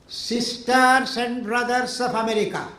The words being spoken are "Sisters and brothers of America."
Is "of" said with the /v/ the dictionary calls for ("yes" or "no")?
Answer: no